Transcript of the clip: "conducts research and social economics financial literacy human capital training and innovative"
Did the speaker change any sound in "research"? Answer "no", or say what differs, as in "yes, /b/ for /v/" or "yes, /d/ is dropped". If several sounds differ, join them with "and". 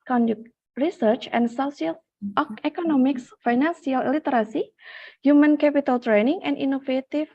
no